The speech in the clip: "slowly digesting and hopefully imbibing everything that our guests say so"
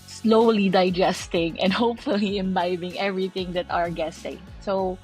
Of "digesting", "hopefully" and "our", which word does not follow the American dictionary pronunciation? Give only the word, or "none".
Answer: none